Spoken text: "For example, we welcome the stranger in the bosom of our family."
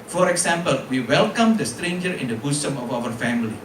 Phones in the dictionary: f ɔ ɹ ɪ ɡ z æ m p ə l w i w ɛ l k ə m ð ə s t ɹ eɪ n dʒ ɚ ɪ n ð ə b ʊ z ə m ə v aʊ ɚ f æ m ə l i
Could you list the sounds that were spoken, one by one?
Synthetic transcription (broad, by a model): f ɔ ɹ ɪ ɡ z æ m p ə l w i w ɛ l k ə m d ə s t ɹ eɪ n dʒ ɚ ɪ n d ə b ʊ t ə m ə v aʊ ɚ f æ m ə l i